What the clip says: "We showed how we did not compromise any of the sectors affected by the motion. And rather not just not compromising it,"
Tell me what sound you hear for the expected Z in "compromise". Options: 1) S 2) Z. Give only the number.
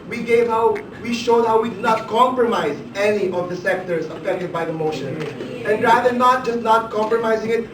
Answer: 2